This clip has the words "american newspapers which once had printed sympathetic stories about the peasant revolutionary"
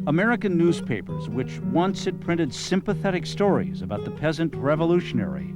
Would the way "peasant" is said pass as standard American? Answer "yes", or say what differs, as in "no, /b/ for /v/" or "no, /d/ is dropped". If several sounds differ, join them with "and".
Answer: yes